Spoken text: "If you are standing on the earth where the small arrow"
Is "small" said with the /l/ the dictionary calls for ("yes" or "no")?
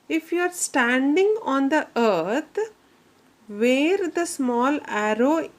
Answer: yes